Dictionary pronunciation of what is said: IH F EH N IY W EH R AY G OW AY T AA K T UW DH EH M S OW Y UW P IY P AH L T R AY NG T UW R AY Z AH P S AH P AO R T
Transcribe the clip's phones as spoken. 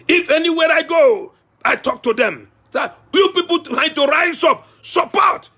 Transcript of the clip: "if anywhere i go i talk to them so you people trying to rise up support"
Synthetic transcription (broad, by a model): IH F EH N IY W EH R AY G OW AY T AA K T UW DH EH M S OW Y UW P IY P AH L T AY T UW R AY S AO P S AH P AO T